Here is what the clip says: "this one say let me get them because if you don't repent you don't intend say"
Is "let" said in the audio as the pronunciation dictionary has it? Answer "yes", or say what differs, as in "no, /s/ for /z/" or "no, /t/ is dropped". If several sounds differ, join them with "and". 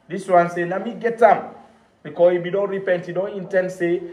no, /n/ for /l/